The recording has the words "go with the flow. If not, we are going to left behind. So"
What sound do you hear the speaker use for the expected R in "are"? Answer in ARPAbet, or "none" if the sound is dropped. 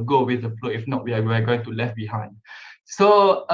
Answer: W